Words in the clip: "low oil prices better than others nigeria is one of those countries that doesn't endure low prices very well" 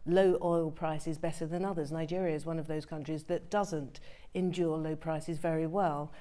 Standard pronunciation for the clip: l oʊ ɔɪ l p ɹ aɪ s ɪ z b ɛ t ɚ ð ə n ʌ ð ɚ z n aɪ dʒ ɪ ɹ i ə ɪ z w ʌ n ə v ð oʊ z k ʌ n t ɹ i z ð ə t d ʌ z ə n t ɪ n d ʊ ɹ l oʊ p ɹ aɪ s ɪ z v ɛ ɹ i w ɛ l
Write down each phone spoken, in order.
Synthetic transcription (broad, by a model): l oʊ ɔɪ l p ɹ aɪ s ɪ z b ɛ t ɚ ð ə n ʌ ð ɚ z n aɪ dʒ ɪ ɹ i ə ɪ z w ʌ n ə v ð oʊ z k ʌ n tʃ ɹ i z ð ə t d ʌ z ə n t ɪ n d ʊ ɹ l oʊ p ɹ aɪ s ɪ z v ɛ ɹ i w ɛ l